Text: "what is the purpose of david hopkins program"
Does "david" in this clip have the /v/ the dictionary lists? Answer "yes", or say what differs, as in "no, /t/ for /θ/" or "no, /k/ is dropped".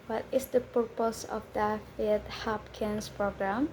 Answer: no, /f/ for /v/